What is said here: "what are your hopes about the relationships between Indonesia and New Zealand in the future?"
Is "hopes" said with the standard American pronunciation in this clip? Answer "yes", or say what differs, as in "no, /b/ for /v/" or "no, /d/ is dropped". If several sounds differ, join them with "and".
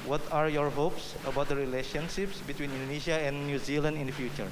yes